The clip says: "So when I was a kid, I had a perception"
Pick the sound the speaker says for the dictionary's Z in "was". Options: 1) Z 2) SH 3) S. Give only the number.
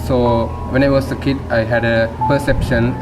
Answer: 3